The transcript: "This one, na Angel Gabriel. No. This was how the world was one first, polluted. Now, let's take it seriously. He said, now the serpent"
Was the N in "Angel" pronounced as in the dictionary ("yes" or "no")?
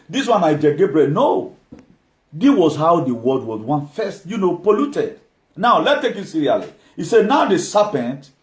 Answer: no